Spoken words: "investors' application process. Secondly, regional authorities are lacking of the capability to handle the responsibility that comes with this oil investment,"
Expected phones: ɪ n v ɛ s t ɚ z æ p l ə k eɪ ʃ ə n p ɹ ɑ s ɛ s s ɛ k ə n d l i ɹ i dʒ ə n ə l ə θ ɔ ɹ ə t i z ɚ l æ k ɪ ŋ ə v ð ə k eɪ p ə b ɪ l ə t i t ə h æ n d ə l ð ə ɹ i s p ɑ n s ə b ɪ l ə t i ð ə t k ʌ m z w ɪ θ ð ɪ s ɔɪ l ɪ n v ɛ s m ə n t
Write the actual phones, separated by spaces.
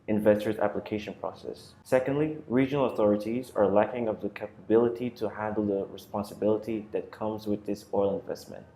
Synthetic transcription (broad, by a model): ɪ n v ɛ s t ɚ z æ p l ə k eɪ ʃ ə n p ɹ ɑ s ɛ s s ɛ k ə n d l i ɹ i dʒ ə n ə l ə θ ɔ ɹ ə t i z ɚ l æ k ɪ ŋ ə v ð ə k eɪ p ə b ɪ l ə t i t ə h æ n d l ð ə ɹ i s p ɑ n s ə b ɪ l ə t i ð ə t k ʌ m z w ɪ ð ɪ s ɔɪ l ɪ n v ɛ s m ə n t